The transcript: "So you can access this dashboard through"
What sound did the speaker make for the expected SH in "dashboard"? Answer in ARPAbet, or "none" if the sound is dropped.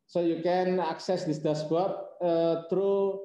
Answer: S